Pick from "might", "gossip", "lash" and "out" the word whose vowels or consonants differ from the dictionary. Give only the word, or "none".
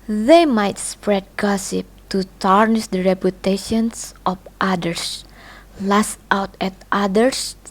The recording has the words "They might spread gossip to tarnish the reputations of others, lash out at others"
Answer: lash